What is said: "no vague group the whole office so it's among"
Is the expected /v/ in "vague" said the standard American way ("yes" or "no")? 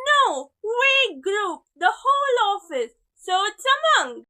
no